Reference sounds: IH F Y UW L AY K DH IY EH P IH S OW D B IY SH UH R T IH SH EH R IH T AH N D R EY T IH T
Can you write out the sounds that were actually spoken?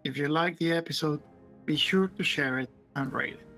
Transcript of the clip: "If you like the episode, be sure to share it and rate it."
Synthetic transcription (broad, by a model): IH F Y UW L AY K DH IY EH P IH S OW D B IY SH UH R T IH SH EH R IH T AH N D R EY IH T